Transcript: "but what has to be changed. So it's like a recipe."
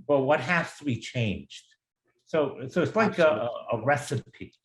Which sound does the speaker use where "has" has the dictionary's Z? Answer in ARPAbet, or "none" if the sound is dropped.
S